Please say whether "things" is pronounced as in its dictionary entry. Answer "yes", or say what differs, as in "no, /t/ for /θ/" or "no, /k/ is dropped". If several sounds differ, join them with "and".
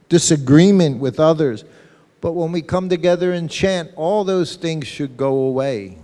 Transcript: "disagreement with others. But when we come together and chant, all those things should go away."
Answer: yes